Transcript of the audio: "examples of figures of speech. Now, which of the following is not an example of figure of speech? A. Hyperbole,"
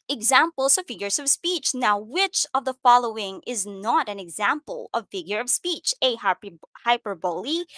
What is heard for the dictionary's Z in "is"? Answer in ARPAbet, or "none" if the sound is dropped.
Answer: Z